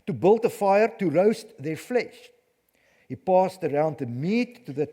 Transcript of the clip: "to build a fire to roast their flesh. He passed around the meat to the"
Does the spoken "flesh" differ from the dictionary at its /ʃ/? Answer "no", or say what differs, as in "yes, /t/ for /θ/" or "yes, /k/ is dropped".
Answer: no